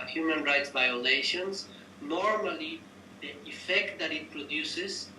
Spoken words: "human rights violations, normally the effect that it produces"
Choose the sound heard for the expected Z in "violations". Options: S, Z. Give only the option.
S